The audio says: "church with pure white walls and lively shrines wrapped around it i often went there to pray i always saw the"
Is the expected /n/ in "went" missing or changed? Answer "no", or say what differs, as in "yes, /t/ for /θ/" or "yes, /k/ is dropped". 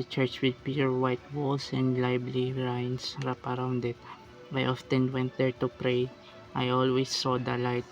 no